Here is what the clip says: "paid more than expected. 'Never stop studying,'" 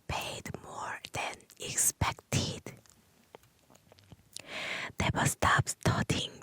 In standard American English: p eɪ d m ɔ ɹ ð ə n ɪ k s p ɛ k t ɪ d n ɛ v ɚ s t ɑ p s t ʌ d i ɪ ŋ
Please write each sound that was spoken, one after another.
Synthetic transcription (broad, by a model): p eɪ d m ɔ ɹ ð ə n ɪ k s p ɛ k t ɪ d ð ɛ b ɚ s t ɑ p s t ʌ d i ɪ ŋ